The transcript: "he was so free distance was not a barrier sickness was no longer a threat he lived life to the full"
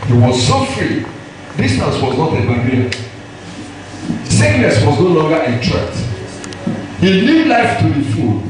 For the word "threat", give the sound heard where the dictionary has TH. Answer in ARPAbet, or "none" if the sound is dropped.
T